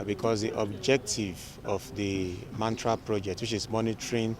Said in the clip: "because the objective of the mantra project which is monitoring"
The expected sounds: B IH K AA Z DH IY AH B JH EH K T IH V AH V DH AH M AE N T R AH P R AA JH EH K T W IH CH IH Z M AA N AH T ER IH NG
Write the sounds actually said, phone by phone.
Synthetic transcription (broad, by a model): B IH K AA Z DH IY AH B JH EH K T IH V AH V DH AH M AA N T R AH P R AA JH EH K T W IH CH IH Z M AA N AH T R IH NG